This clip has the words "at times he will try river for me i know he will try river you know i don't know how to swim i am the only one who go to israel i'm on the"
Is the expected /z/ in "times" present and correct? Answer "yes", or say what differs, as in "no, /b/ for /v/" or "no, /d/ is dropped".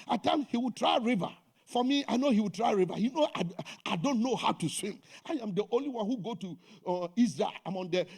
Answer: no, /z/ is dropped